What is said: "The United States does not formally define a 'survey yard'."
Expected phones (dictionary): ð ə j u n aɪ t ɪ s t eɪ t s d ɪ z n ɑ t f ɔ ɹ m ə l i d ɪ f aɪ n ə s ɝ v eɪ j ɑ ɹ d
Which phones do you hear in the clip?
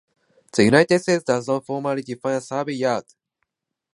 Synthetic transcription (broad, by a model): ð ə j u n aɪ t ɪ s t eɪ t s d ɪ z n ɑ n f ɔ m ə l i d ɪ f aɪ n s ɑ b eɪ j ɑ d